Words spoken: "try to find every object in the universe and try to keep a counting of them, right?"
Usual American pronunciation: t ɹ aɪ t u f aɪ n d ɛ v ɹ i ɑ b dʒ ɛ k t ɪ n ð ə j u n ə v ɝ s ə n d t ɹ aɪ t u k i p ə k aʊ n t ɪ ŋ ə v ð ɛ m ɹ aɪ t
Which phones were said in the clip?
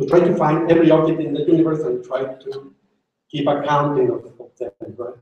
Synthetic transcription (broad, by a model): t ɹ aɪ t u f aɪ n d ɛ v ɹ i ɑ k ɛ t ɪ n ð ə j u n ə v ɝ s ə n t ɹ aɪ t u k i p ə k aʊ n t ɪ ŋ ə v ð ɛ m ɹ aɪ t